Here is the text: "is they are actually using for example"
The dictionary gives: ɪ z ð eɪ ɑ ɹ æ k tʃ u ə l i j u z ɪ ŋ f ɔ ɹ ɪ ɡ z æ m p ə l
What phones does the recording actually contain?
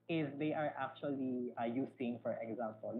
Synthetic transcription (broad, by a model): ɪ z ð eɪ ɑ ɹ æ k tʃ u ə l i j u s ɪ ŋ f ɔ ɹ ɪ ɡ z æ m p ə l